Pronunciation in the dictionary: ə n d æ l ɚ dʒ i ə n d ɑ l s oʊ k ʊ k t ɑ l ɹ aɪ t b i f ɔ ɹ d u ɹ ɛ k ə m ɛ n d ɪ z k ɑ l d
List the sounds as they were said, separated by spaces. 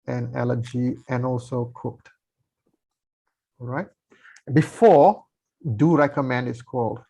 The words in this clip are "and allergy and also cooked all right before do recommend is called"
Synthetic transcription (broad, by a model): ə n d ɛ l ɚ dʒ i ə n ɑ l s oʊ k ʊ k t ɑ l ɹ aɪ t b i f ɔ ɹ d u ɹ ɛ k ə m ɛ n d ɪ s k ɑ l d